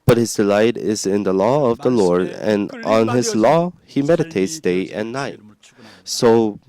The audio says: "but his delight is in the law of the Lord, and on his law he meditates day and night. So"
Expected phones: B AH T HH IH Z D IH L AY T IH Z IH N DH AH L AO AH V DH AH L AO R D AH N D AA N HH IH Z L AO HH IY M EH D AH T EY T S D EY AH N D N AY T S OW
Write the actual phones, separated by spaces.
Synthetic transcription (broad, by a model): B AH T HH IH Z D IH L AY T IH Z IH N DH AH L AO AH V DH AH L AO R D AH N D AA N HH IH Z L AO HH IY M EH D AH T EY T S D EY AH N N AY T S OW